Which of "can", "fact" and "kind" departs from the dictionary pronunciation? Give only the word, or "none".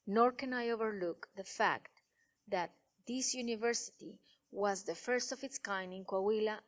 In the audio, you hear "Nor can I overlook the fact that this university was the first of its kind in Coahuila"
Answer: kind